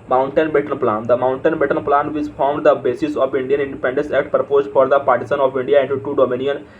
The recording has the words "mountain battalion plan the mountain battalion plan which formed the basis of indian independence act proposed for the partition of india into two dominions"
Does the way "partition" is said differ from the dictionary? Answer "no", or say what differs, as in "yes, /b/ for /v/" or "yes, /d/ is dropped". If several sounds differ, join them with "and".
yes, /s/ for /ʃ/